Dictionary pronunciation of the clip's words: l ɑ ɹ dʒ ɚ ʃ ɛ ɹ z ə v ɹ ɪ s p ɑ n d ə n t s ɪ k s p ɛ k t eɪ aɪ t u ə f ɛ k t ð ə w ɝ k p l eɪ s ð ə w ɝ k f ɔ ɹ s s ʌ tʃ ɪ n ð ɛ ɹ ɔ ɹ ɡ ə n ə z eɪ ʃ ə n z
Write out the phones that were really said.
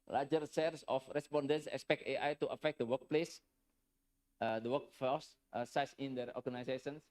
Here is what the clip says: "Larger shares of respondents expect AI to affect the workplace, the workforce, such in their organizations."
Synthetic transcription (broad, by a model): l ɑ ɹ dʒ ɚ s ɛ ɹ s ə f ɹ ɪ s p ɑ n d ə n t s ɪ k s p ɛ k t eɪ aɪ t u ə f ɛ k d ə w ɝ k p l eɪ s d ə w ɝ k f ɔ s s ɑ s ɪ n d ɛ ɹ ɔ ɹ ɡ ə n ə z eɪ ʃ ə n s